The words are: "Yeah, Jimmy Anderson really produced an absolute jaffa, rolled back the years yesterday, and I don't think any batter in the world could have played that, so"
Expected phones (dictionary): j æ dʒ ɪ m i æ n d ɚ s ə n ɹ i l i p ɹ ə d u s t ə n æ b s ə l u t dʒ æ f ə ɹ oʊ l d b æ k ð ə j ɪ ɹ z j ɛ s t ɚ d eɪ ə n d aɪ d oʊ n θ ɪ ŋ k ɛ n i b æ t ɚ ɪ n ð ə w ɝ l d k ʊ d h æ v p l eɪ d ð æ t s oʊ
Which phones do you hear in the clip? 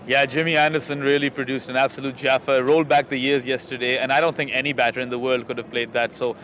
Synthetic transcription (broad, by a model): j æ dʒ ɪ m i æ n d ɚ s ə n ɹ i l i p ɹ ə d u s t ə n æ b s ə l u t dʒ æ f ə ɹ oʊ l d b æ k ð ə j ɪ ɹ z j ɛ s t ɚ d eɪ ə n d aɪ d oʊ n θ ɪ ŋ k ɛ n i b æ t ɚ ɪ n ð ə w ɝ l d k ʊ d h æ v p l eɪ d ð æ t s oʊ